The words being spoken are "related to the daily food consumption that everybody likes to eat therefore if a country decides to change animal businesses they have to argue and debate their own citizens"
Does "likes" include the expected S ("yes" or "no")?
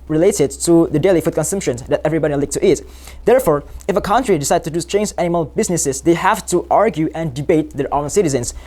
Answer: no